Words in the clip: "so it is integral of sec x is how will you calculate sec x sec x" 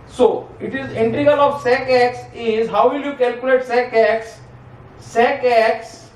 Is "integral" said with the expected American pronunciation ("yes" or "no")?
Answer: no